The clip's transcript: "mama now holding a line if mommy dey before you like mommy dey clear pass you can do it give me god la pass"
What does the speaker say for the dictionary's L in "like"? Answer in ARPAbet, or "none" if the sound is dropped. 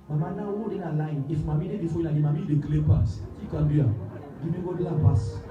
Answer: N